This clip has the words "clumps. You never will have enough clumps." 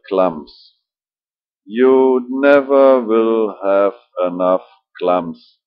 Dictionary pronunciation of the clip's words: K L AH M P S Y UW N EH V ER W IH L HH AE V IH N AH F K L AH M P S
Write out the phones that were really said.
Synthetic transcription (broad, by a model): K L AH M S Y UW N EH V ER W IH L HH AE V IH N AH F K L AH M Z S